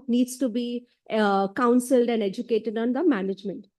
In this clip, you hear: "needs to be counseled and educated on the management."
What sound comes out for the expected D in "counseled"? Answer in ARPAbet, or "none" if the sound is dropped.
D